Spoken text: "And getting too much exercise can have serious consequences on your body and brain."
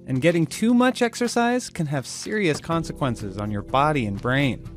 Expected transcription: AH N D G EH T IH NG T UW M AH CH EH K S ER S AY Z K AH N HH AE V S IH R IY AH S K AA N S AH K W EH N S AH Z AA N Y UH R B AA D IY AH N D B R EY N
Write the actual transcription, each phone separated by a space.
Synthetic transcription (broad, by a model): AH N G EH T IH NG T UW M AH CH EH K S ER S AY Z K AH N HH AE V S IH R IY AH S K AA N S AH K W EH N S AH Z N Y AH R B AA D IY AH N B R EY N